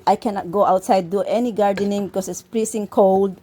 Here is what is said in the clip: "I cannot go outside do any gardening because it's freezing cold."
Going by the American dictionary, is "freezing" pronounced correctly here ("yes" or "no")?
no